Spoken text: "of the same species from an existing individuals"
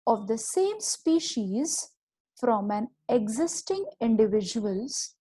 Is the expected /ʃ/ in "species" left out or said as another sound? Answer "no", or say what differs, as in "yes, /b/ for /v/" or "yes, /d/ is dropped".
no